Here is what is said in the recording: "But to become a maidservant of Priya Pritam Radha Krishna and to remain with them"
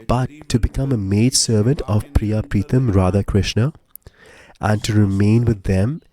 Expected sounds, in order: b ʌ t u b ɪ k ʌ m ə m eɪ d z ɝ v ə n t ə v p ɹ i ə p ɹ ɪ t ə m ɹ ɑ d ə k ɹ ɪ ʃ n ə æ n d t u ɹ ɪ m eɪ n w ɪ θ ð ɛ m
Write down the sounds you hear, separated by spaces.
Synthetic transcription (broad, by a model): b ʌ t u b ɪ k ʌ m ə m eɪ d s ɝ v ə n t ə v p ɹ i ə p ɹ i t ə m ɹ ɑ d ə k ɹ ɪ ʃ n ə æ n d t u ɹ ɪ m eɪ n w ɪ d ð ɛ m